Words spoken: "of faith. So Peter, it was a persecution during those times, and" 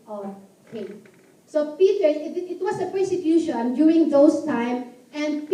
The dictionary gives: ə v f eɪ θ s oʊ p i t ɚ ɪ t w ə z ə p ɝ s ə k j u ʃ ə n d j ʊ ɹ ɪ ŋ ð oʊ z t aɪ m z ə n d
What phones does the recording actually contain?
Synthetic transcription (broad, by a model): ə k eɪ s oʊ p i t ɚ ɪ t w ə s ə p ɝ s ə k j u ʃ ə n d j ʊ ɹ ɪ ŋ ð oʊ s t aɪ m ə n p